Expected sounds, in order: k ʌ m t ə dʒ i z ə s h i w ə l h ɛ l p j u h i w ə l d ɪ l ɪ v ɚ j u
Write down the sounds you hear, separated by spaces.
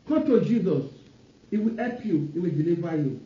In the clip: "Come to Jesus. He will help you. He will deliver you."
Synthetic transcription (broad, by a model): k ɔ t ə dʒ i z ə s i w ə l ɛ p j u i w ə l d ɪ l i v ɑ j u